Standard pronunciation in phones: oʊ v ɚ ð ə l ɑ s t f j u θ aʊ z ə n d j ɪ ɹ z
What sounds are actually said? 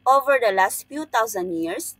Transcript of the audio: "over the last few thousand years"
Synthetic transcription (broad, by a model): oʊ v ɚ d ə l ɑ s t f j u t aʊ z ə n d j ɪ ɹ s